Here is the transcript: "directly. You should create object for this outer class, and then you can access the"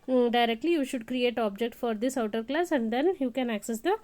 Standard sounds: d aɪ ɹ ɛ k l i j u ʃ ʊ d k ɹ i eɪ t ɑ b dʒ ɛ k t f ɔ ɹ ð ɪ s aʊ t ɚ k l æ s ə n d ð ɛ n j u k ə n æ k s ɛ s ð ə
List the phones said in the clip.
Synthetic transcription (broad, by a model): d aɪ ɹ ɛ k l i j u ʃ ʊ d k ɹ i eɪ t ɑ b dʒ ɛ k t f ɔ ɹ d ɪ s aʊ t ɚ k l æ s ə n d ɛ n j u k ə n æ k s ɛ s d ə